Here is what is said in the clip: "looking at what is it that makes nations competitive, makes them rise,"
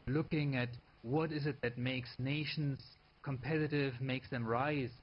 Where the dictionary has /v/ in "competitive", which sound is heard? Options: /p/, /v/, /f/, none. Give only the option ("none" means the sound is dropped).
/v/